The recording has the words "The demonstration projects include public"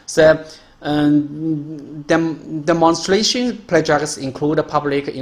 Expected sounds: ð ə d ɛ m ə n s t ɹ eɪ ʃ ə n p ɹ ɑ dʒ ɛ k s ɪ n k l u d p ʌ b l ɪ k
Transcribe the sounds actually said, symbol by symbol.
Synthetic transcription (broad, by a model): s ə d ɛ m ə n s t ɹ eɪ ʃ ə n p l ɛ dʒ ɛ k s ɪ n k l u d p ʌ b l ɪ k